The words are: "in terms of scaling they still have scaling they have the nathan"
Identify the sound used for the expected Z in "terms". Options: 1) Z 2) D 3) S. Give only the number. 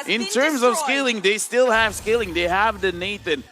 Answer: 1